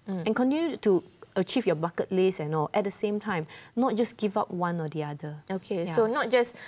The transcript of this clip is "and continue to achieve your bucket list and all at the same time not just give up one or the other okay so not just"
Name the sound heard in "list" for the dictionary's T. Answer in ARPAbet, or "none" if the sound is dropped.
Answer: none